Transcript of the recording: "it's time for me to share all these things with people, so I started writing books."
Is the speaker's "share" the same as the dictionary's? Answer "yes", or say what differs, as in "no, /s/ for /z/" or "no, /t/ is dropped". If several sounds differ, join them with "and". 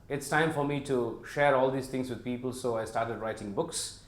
yes